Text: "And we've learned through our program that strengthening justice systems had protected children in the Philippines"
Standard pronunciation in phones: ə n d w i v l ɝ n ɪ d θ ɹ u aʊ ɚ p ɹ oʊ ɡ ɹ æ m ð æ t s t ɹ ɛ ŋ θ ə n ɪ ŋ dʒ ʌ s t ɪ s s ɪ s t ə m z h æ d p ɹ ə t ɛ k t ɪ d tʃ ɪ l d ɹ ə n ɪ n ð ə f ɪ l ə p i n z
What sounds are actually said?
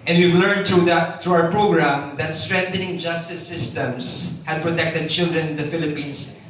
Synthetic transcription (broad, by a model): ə n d w i v l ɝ n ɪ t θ ɹ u aʊ ɚ p ɹ oʊ ɡ ɹ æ m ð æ t s t ɹ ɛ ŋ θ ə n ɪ ŋ dʒ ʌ s t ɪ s s ɪ s t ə m s h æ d p ɹ ə t ɛ k t ɪ d tʃ ɪ l d ɹ ə n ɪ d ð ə f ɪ l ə p i n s